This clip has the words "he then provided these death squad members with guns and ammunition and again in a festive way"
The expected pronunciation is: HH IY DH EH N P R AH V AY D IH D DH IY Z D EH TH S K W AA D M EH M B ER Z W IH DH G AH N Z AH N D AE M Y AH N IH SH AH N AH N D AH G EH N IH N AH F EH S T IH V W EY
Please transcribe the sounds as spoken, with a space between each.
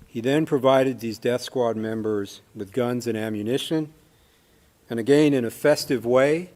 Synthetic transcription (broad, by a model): HH IY DH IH N P R AH V AY D IH D DH IY Z D EH TH S K W AA D M EH M B ER Z W IH DH G AH N Z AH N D AE M Y AH N IH SH AH N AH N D AH G EH N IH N AH F EH S T IH V W EY